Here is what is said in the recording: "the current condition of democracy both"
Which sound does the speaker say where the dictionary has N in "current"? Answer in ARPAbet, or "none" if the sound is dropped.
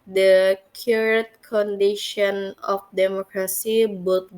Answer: none